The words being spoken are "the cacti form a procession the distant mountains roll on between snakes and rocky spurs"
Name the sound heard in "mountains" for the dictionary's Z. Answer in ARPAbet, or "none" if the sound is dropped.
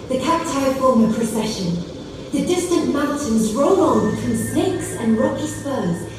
Z